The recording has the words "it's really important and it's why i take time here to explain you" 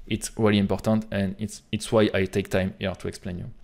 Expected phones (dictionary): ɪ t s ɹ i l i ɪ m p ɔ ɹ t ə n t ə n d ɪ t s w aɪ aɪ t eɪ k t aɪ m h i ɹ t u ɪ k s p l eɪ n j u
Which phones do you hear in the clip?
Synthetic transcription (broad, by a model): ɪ t s ɹ i l i ɪ m p ɔ ɹ t ə n t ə n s ɪ t s w aɪ aɪ t eɪ k t aɪ m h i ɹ t u ɪ k s p l eɪ n j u